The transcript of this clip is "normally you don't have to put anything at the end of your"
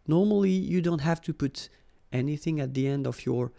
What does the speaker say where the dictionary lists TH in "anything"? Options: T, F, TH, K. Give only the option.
TH